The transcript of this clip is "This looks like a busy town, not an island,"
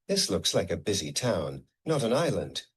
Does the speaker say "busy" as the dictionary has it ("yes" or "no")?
yes